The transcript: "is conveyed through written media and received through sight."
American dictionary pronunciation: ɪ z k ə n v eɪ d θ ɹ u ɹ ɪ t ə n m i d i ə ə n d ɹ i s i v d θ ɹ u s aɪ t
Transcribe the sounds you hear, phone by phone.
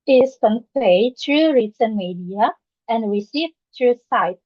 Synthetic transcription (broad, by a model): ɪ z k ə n p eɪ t ɹ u ɹ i s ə n m i d i ə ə n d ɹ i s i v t ɹ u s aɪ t